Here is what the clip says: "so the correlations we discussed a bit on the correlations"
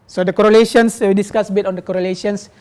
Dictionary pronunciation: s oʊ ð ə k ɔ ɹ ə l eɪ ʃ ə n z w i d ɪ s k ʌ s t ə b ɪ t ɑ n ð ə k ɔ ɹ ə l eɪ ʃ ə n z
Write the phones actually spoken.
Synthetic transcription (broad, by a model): s oʊ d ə k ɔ ɹ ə l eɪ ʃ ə n s w i d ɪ s k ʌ s ə b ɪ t ɑ n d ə k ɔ ɹ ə l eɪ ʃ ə n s